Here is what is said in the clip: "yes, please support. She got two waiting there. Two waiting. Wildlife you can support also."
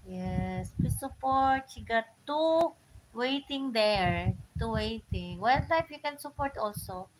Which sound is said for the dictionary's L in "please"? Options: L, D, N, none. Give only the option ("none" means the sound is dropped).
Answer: none